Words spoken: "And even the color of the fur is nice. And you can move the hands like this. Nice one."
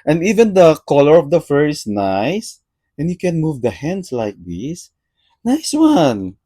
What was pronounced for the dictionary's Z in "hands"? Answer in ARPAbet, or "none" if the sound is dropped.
S